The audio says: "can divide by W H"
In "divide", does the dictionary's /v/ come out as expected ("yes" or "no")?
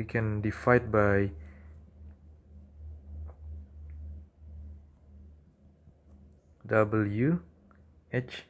no